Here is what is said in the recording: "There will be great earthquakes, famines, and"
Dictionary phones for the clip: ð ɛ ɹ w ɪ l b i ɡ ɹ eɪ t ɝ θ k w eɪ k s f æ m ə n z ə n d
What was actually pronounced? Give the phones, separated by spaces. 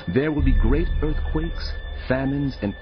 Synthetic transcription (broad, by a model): ð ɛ ɹ w ɪ l b i ɡ ɹ eɪ t ɝ θ k w eɪ k s f æ m ə n z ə n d